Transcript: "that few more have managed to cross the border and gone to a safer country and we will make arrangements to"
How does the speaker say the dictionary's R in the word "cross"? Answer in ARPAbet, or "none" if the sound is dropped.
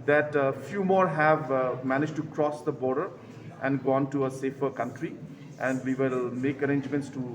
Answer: R